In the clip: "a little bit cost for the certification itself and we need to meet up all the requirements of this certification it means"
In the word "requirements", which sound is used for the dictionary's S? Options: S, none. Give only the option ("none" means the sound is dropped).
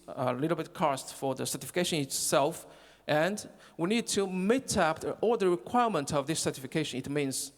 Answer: none